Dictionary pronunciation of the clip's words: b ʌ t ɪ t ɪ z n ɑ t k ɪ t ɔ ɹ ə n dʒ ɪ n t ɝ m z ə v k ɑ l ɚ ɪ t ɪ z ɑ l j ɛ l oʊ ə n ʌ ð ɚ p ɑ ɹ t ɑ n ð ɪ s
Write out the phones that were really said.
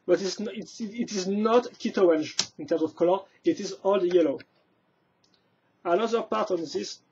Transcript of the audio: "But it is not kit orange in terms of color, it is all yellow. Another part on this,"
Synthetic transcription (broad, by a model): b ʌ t ɪ t ɪ z n ɑ t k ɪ t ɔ ə n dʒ ɪ n t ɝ m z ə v k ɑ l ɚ ɪ t ɪ z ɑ l j ɛ l oʊ ə n ʌ ð ɚ p ɑ ɹ t ɑ n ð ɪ s